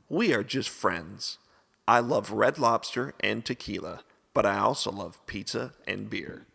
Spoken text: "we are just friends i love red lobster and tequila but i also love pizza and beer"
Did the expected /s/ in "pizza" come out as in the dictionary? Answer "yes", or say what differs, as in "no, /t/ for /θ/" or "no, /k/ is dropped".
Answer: no, /s/ is dropped